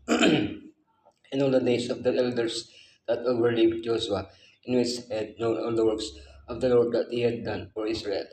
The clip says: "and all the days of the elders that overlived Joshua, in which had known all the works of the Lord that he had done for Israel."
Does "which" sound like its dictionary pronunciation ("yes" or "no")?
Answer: no